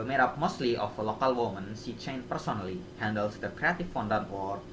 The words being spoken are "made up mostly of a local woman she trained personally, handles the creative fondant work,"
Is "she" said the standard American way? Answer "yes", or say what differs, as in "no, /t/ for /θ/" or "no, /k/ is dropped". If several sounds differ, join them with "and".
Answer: no, /s/ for /ʃ/